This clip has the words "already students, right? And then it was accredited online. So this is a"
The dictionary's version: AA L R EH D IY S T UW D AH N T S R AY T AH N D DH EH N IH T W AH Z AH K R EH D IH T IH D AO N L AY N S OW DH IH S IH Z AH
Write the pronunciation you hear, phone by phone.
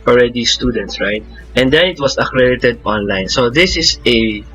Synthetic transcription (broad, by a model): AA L R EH D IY S T UW D AH N T S R AY T AH N D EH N IH T W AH S AH K R EH D IH T IH D AO N L AY N S OW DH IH S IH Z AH